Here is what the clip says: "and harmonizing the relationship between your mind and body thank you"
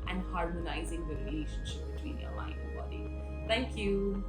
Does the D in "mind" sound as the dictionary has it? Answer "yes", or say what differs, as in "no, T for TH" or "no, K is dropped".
no, D is dropped